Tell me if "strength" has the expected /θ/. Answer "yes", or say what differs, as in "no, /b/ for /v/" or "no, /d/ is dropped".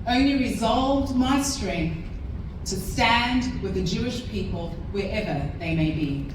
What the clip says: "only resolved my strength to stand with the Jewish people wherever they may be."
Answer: yes